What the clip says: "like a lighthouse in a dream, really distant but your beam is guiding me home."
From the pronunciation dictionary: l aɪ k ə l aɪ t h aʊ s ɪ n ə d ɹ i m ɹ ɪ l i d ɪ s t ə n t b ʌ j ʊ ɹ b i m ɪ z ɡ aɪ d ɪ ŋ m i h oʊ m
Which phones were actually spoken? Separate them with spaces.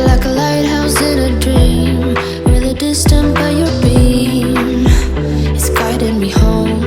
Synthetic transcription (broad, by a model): l aɪ k ə l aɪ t h aʊ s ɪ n ə d ɹ i m w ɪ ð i d ɪ s t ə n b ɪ j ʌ ɹ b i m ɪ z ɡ aɪ d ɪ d m i h oʊ m